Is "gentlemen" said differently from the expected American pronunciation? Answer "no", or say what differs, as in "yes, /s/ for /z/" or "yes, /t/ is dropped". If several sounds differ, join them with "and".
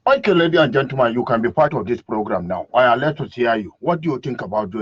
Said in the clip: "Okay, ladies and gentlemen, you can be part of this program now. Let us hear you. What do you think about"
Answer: yes, /l/ is dropped